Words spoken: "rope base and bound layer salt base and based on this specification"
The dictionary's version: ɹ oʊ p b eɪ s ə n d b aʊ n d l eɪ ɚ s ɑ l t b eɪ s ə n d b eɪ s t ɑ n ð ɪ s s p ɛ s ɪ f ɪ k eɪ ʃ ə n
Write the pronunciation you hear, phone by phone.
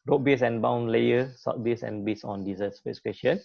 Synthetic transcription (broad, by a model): ɹ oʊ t b eɪ s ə n b aʊ n l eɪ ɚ s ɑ t b eɪ s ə n b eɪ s ɑ n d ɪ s s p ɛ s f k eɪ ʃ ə n